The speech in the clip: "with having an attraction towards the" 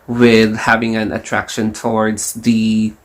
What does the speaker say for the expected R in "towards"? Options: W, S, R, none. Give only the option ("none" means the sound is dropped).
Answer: R